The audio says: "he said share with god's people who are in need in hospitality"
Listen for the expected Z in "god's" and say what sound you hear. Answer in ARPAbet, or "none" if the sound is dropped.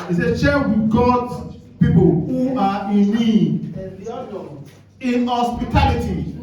none